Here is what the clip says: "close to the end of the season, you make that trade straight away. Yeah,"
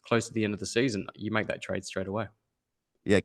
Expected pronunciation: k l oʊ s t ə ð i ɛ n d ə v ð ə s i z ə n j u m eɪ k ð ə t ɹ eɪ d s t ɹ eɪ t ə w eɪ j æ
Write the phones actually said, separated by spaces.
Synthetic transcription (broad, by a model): k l oʊ s t ə ð i ɛ n d ə v ð ə s i z ə n j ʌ m eɪ k ð ə t ɹ eɪ d s t ɹ eɪ t ə w eɪ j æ